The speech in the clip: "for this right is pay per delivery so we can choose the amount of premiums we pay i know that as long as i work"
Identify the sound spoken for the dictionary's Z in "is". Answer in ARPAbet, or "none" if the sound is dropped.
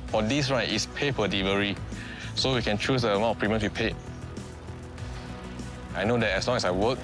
S